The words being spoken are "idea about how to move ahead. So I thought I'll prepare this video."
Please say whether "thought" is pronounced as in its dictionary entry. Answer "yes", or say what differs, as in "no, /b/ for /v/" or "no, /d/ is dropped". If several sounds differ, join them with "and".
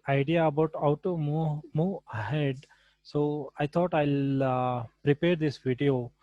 no, /t/ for /θ/